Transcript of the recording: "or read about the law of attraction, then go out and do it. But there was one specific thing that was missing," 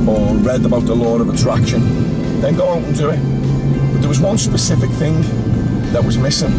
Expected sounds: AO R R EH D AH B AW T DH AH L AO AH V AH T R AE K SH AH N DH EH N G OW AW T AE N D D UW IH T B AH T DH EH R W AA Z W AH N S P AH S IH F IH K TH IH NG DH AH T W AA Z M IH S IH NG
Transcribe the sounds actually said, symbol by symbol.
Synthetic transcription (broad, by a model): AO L R EH D AH B AW T DH AH L AO AH V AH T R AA K SH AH N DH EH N G OW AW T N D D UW IH T B AH T DH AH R W AA Z W AH N S P AH S IH F IH K TH IH NG DH AH T W AA Z M IH S IH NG